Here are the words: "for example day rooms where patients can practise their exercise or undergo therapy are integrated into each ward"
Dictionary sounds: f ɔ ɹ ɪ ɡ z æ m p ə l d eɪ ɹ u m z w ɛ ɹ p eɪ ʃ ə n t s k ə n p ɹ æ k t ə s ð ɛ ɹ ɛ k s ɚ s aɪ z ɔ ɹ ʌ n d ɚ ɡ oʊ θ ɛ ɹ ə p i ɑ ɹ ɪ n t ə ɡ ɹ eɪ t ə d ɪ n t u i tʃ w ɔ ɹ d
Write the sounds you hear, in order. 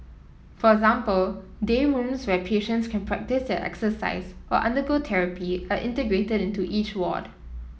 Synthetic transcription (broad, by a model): f ɔ ɹ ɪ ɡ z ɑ m p ə l d eɪ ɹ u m s w ɛ p eɪ ʃ ə n t s k ə n p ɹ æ k t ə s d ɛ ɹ ɛ k s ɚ s aɪ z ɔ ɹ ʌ n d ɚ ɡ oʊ t ɛ ɹ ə p i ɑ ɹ ɪ n t ə ɡ ɹ eɪ t ə d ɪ n t u i tʃ w ɔ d